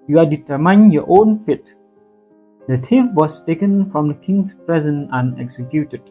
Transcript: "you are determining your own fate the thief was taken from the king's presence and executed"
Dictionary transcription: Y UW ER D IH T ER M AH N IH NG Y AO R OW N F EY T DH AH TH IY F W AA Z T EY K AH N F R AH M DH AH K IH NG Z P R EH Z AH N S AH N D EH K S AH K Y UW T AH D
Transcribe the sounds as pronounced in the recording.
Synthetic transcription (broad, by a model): Y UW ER D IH T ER M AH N Y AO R OW N F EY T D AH T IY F W AA S T EY K AH N F R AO M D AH K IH NG S P R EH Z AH N AH N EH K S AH K Y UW T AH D